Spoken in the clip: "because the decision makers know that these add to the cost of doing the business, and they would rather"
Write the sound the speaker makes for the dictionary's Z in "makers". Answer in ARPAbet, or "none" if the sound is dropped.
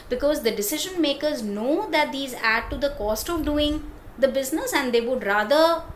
Z